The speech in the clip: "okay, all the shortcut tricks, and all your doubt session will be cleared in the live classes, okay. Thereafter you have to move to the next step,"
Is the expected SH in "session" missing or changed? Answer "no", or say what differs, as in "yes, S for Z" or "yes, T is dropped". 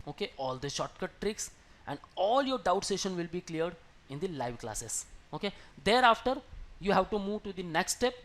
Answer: no